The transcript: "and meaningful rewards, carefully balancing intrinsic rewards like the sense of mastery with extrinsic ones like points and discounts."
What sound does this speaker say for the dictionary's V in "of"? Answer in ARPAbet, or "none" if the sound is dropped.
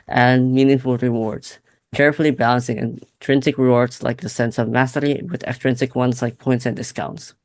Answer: V